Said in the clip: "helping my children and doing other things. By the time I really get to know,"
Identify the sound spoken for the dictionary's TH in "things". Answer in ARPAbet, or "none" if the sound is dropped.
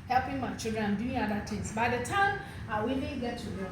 T